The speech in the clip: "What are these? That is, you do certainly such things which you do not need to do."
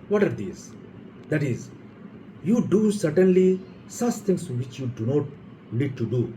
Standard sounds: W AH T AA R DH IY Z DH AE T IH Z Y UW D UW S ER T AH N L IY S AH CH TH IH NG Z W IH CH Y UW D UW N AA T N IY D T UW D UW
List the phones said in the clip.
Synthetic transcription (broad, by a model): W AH T AA R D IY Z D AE T IH Z Y UW D UW S ER T AH N L IY S AH CH T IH NG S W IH CH Y UW D UW N AA T L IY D T UW D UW